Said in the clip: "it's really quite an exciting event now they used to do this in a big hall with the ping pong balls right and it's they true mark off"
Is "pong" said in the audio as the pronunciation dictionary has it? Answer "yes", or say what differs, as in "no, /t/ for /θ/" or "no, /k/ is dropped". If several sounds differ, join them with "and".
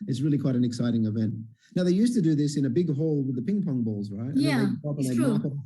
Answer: yes